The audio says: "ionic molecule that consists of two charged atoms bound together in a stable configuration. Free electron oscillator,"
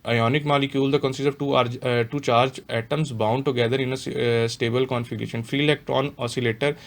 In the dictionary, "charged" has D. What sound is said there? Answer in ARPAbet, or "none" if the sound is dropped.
none